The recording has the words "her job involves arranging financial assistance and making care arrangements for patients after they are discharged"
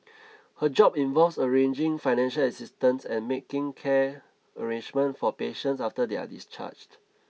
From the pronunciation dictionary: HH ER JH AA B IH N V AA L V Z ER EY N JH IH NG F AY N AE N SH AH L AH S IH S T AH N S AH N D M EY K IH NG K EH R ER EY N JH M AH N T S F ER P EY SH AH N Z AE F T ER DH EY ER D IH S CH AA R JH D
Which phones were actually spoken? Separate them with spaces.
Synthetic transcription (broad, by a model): HH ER JH AA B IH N V AA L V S ER EY N JH IH NG F AY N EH N SH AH L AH S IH S T AH N S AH N M EY K IH NG K EH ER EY N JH M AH N T F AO P EY SH AH N S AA F T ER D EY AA D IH S CH AA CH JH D